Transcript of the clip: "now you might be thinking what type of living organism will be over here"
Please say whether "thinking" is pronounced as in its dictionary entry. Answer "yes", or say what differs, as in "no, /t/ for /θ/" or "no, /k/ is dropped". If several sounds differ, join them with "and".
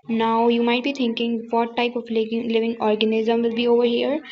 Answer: no, /t/ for /θ/